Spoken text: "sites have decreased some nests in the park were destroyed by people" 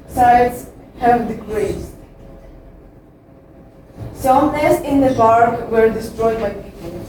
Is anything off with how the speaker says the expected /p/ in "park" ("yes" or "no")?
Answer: yes